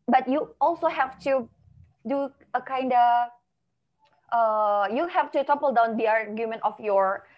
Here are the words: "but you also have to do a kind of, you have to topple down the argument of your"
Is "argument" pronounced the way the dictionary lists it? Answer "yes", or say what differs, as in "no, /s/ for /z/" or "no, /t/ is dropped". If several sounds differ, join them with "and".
yes